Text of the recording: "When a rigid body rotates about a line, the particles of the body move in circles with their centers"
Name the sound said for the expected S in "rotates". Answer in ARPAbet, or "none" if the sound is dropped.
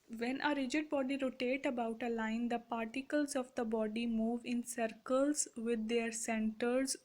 none